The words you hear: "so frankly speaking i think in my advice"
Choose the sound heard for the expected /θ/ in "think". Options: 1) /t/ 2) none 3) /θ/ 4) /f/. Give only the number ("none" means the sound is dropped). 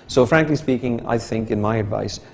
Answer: 3